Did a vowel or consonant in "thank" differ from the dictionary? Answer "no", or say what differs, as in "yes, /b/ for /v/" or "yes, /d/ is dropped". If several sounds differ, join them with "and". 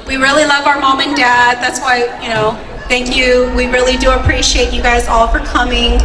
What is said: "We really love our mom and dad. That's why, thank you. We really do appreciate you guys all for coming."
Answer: no